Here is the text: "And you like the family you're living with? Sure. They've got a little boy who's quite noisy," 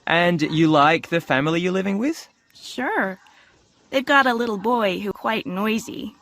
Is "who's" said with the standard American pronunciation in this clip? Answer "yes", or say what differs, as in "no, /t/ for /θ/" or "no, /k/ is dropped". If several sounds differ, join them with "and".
no, /z/ is dropped